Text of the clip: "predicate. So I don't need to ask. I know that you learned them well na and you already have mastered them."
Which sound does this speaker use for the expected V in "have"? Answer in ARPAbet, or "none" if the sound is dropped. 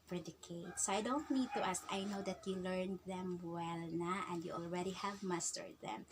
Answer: V